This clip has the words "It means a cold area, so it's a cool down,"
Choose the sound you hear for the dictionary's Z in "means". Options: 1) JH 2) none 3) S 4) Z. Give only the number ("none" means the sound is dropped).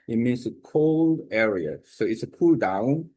3